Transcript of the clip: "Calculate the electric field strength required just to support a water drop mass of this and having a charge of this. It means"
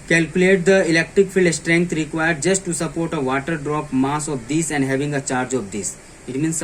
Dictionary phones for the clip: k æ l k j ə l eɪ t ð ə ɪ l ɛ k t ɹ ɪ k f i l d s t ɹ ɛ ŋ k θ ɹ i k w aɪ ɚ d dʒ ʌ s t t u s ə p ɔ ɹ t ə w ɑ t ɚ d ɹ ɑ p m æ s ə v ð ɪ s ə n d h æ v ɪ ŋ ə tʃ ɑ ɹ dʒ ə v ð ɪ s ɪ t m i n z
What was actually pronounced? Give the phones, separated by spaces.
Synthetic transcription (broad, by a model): k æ l k j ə l eɪ t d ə ɪ l ɛ k t ɹ ɪ k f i l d s t ɹ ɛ ŋ k t ɹ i k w aɪ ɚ d dʒ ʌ s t t u s ə p ɔ ɹ t ə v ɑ t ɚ d ɹ ɑ p m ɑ s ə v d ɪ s ə n d h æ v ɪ ŋ ə tʃ ɑ ɹ dʒ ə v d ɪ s ɪ t m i n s